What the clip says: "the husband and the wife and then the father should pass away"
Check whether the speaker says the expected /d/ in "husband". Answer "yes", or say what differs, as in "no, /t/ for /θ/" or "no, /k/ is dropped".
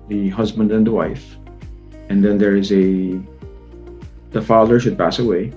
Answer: yes